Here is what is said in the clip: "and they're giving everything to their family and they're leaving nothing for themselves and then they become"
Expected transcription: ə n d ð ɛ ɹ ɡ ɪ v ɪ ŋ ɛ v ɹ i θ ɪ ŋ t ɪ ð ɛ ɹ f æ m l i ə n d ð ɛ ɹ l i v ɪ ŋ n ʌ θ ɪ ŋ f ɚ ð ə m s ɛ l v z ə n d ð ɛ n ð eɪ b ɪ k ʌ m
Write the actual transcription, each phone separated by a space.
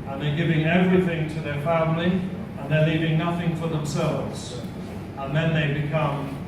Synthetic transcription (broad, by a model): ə n ð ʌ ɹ ɡ ɪ v ɪ ŋ ɛ v ɹ i θ ɪ ŋ t ɪ ð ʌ ɹ f æ m l i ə n ð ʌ ɹ l i v ɪ ŋ n ʌ θ ɪ ŋ f ɚ ð ə m s ɛ l v z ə n ð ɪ n ð eɪ b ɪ k ʌ m